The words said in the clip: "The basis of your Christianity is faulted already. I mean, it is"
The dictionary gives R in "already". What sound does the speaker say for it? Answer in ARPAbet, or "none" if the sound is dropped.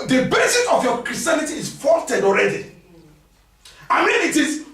R